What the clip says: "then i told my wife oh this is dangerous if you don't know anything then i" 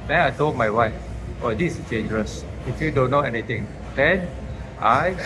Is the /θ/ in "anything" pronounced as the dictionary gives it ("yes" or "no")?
no